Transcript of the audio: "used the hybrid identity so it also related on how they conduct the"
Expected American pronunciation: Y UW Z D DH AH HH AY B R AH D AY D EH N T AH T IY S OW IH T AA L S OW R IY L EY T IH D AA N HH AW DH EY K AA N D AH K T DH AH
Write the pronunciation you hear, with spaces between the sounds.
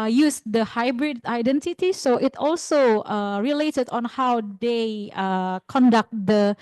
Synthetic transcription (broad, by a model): Y UW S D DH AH HH AY B R AH D AY D EH N T AH T IY S OW IH T AA L S OW R IY L EY T IH D AA N HH AW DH EY K AA N D AH K T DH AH